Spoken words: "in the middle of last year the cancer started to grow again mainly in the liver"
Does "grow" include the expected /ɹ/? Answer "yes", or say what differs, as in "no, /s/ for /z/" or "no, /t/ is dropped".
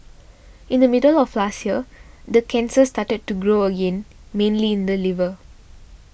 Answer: yes